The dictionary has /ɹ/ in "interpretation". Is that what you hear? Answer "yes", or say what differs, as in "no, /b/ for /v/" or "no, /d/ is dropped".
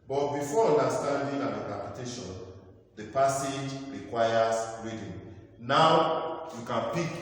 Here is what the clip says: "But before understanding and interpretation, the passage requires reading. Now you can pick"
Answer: no, /ɹ/ is dropped